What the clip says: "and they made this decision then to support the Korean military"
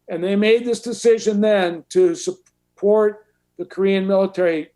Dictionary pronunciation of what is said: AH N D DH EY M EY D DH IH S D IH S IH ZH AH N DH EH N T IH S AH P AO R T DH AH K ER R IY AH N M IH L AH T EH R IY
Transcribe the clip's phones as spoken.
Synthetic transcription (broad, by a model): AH N DH EY M EY D DH IH S D IH S IH ZH AH N DH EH N T IH S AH P AO R T DH AH K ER R IY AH N M IH L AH T EH R IY